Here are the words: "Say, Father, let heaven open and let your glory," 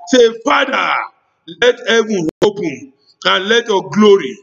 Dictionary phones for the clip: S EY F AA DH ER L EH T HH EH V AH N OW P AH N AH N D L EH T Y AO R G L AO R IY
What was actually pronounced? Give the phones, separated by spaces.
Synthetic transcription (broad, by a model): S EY F AA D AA L EH T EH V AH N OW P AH AH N L EH T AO G L AO R IY